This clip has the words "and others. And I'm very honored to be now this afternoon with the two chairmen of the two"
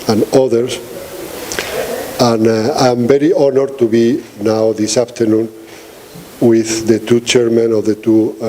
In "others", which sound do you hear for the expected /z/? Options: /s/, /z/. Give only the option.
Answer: /s/